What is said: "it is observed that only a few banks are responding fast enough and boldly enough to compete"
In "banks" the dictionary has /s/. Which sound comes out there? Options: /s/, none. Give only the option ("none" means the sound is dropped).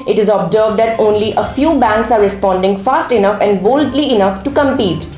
/s/